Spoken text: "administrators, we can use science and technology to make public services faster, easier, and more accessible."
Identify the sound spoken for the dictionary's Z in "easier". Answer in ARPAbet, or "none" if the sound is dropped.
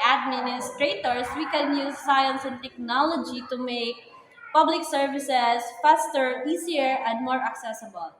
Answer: S